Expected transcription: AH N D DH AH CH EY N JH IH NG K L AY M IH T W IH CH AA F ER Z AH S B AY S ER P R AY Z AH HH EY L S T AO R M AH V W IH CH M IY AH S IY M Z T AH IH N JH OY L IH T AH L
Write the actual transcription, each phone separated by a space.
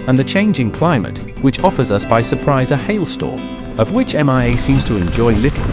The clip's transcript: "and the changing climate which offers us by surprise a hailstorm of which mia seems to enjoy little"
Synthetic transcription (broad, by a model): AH N DH AH CH EY N JH IH NG K L AY M IH T W IH CH AA F ER Z AH S B AY S ER P R AY Z AH HH EY L S T AO R AH V W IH CH M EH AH S IY M Z T AH IH N JH OY L IH T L